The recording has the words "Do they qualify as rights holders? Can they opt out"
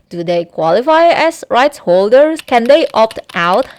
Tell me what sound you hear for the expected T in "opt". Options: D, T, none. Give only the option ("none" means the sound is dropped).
T